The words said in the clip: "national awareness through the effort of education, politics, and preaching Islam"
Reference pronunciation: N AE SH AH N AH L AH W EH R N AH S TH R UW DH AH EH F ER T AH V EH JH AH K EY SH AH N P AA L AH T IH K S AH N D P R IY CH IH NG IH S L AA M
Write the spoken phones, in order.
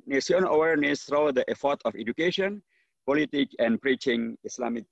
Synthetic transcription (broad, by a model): N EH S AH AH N AH W EH R N AH S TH R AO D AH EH F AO T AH F EH JH AH K EY SH AH N P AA L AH T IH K AH N P R IY CH IH NG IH S L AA M